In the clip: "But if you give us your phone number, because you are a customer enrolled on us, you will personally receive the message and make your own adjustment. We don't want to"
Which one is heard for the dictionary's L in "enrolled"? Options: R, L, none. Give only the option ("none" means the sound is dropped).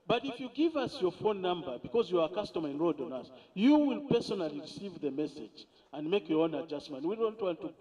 none